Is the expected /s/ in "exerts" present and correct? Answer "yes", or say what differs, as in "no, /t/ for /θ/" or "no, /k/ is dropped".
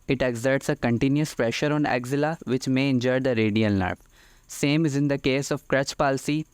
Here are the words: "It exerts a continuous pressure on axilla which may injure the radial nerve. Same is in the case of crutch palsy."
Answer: yes